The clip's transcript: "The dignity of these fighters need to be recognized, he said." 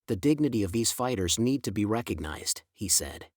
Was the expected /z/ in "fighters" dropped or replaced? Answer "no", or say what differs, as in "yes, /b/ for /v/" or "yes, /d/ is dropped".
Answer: no